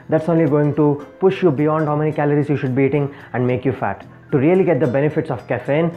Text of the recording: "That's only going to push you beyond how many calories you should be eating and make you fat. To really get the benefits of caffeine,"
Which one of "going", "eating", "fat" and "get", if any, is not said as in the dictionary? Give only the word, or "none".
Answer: none